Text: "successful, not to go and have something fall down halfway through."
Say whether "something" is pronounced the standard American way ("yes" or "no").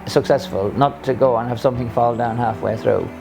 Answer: yes